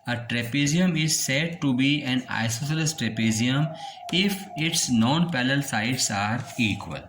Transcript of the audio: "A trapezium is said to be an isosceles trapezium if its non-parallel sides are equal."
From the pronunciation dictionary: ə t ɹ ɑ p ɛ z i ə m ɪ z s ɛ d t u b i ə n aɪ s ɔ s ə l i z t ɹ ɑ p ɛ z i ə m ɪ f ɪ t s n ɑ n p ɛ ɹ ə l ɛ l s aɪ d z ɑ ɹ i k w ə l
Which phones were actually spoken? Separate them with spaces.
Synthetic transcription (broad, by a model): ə t ɹ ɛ p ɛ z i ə m ɪ z s ɛ d t u b i ə n aɪ s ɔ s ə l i s t ɹ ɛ p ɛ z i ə m ɪ f ɪ t s n ɑ n p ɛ l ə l l s aɪ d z ɑ ɹ i k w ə l